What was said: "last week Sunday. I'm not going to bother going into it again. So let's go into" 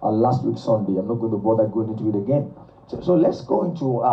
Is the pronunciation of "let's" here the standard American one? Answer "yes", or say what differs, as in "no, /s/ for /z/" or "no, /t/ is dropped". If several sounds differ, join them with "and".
yes